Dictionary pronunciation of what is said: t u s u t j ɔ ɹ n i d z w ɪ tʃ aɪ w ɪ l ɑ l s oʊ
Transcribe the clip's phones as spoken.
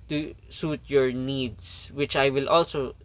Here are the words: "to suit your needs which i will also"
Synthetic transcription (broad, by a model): t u s u t j ɔ ɹ n i d s w ɪ tʃ aɪ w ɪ l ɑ l s oʊ